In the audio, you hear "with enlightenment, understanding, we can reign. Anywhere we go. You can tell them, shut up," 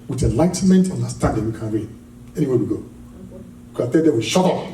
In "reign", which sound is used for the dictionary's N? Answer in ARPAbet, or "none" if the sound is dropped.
L